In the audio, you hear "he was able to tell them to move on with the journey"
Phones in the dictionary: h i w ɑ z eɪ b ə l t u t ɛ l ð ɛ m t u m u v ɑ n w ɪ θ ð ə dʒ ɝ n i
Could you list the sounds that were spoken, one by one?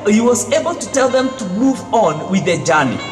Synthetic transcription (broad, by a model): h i w ɑ z eɪ b ə l t u t ɛ l ð ɛ m t u m u v ɑ n w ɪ ð ə dʒ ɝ n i